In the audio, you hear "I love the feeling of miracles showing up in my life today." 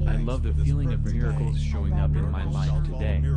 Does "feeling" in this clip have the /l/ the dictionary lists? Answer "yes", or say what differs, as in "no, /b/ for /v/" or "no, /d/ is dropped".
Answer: yes